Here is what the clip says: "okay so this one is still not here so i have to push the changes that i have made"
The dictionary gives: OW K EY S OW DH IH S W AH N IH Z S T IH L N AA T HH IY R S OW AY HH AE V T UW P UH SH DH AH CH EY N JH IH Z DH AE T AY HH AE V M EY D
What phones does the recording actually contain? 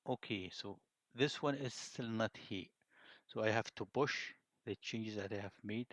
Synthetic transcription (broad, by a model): OW K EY S OW DH IH S W AH N IH Z S T IH L N AA T HH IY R S OW AY HH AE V T UW B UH SH DH AH CH EY N JH IH Z DH AE T AY HH AE V M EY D